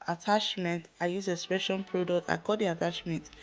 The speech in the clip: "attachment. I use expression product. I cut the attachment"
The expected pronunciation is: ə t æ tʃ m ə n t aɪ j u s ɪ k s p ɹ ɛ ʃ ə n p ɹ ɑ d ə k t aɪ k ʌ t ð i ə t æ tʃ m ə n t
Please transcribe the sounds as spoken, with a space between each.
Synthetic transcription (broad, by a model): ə t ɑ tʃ m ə n t aɪ j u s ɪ s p ɛ ʃ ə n p ɹ ɑ d ə k t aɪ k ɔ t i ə t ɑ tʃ m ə n t